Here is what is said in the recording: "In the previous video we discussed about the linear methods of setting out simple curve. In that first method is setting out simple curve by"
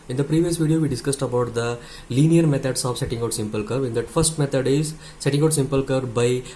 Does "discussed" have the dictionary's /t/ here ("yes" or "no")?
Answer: yes